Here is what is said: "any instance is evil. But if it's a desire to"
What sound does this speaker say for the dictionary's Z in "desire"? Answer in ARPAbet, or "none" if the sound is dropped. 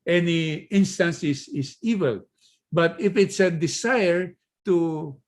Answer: S